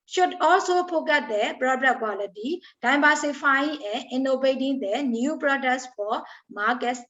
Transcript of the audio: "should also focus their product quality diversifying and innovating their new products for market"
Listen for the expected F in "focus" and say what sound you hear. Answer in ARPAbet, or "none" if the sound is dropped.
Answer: P